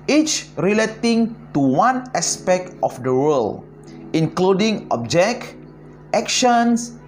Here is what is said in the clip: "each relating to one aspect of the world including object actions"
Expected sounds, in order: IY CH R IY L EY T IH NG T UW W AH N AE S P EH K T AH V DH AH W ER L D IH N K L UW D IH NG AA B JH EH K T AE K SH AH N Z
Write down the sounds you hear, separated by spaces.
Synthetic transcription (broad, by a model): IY CH R IY L EY T IH NG T UW W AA N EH S P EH K T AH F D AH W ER L IH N K L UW D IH NG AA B JH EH K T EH K SH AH N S